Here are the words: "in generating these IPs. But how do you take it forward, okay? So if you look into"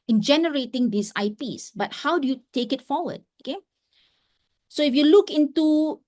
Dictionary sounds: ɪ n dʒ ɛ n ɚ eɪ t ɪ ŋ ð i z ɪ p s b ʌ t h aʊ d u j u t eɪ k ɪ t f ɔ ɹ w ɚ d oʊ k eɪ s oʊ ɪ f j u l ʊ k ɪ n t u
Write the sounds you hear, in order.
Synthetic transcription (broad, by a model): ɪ n dʒ ɛ n ɚ eɪ t ɪ ŋ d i s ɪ p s b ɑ t h aʊ d u j u t eɪ k ɪ t f ɔ w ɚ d oʊ k eɪ s oʊ ɪ f j u l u k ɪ n t u